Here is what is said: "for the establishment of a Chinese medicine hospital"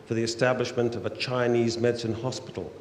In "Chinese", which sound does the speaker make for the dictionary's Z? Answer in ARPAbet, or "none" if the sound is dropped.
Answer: Z